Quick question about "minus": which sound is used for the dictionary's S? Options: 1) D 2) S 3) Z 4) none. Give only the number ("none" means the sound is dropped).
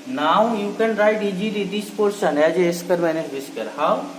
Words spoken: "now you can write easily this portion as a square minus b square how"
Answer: 4